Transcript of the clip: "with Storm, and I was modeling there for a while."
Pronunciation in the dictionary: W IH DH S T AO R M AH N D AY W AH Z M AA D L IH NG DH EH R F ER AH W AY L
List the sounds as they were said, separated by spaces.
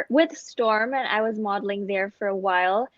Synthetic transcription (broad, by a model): W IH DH S T AO R M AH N AY W AH Z M AA D L IH NG DH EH R F ER AH W AY L